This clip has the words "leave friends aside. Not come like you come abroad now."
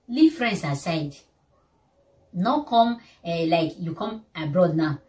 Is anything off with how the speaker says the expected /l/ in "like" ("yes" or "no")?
no